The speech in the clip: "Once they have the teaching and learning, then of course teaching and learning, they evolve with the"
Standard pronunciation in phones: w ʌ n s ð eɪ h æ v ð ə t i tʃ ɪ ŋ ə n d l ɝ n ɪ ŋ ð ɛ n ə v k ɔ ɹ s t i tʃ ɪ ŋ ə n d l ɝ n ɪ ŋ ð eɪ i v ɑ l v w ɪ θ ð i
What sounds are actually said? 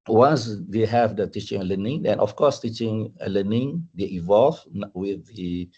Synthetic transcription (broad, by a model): w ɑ n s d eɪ h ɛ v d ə t i tʃ ɪ ŋ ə l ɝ n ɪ ŋ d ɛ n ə f k ɔ s t i tʃ ɪ ŋ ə l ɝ n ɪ ŋ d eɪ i v ɑ l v w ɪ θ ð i